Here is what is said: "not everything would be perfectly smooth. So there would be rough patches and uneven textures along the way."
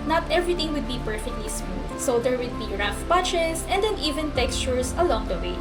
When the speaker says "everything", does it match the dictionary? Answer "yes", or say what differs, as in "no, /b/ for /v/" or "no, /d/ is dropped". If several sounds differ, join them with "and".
no, /t/ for /θ/